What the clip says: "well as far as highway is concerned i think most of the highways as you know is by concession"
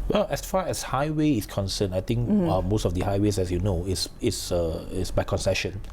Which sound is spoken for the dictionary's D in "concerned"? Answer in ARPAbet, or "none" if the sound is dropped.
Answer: none